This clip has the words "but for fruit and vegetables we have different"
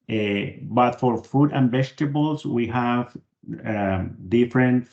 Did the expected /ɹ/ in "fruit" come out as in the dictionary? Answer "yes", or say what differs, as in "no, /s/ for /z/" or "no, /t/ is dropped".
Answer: no, /ɹ/ is dropped